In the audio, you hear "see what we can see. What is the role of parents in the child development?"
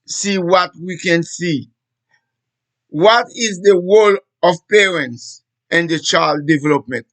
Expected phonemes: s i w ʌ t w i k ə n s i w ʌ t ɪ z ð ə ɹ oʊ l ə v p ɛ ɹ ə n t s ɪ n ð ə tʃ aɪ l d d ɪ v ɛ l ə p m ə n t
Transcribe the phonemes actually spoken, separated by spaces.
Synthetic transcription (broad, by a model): s i w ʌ t w i k ə n s i w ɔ t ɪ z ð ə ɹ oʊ l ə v p ɛ ɹ ə n t s ɪ n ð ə tʃ aɪ l d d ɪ v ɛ l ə p m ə n t